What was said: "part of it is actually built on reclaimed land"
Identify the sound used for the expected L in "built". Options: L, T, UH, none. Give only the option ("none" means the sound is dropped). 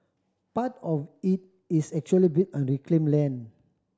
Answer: none